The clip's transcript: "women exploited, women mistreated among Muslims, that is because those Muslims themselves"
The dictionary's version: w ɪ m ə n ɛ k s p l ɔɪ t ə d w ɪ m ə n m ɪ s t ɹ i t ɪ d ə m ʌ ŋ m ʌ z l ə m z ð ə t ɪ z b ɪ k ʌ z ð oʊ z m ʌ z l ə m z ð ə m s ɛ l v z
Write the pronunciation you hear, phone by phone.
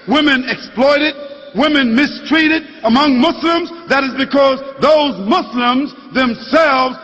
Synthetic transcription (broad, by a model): w ɪ m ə n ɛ k s p l ɔɪ t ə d w ɪ m ə n m ɪ s t ɹ i t ɪ d ə m ʌ ŋ m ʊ s l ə m z ð ə t ɪ z b ɪ k ʌ z ð oʊ z m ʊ s l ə m z ð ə m s ɛ l v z